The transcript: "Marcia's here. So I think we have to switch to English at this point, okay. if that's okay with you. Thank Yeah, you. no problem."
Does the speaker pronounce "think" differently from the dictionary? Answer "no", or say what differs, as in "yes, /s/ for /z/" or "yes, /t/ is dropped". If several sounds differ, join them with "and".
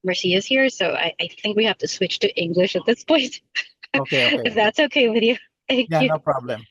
no